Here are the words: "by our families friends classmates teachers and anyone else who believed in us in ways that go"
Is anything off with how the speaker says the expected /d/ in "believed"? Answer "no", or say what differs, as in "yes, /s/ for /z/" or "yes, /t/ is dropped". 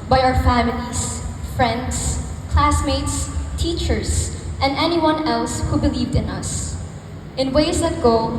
no